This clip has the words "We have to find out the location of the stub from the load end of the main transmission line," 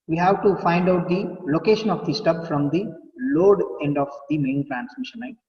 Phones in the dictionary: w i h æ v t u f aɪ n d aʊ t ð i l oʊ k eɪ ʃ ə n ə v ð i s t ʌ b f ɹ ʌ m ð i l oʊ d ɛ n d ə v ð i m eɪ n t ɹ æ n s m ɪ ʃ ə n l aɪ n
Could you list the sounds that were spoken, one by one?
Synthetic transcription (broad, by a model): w i h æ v t u f aɪ n d aʊ t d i l oʊ k eɪ ʃ ə n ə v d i s t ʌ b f ɹ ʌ m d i l oʊ d ɛ n d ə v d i m eɪ n t ɹ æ n s m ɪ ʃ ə n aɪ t